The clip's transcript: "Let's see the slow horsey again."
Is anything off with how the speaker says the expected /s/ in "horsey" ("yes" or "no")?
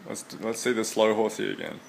yes